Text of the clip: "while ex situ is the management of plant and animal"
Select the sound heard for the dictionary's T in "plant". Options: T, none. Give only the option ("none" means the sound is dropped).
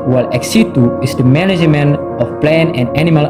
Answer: none